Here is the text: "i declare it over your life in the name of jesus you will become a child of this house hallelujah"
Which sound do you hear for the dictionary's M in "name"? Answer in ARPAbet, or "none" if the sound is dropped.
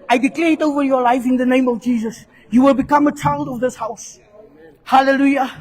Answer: M